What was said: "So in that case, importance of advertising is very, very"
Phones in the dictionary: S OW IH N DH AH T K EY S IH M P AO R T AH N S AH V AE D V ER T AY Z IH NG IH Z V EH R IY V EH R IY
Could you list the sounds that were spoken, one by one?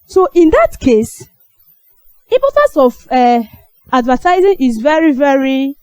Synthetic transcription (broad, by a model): S OW IH N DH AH T K EY S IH P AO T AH S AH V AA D V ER T AY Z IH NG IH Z V EH R IY V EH R IY